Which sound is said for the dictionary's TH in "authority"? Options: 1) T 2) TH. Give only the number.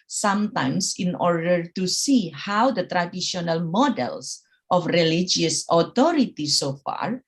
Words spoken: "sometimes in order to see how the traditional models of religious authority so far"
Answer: 1